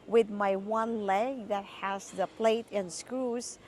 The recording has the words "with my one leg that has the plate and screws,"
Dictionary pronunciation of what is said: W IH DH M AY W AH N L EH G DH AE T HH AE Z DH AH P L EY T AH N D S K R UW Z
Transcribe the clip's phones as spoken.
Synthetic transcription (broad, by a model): W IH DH M AY W AH N L EH G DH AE T HH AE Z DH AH P L EY T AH N S K R UW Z